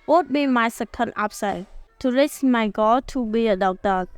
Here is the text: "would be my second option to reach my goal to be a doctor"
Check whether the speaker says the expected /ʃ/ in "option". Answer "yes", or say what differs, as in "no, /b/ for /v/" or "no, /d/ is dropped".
no, /s/ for /ʃ/